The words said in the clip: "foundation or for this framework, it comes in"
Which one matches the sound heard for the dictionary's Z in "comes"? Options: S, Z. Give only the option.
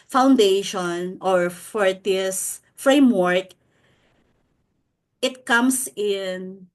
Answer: S